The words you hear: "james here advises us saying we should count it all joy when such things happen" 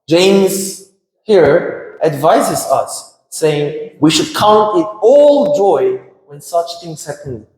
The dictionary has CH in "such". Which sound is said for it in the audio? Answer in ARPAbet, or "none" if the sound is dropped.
CH